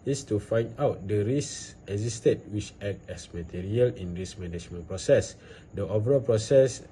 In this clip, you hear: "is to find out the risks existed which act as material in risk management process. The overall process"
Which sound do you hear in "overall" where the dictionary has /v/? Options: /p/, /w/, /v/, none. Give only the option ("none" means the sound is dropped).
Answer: /p/